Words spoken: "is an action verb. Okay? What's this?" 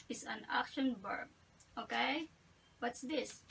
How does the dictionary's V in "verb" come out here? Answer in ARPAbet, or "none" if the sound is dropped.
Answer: B